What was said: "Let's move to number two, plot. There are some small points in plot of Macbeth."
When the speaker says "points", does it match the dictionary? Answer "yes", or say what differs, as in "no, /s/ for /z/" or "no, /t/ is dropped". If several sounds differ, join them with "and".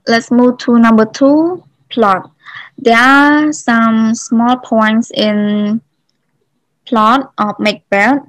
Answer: yes